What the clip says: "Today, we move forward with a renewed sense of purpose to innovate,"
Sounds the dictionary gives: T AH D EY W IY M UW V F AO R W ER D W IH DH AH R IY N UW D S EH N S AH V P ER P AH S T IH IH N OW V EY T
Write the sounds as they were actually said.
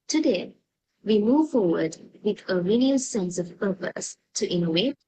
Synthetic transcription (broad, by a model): T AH D EY W IY M UW V F AO R W ER D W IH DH AH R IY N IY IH S EH N S AH V P ER P AH S T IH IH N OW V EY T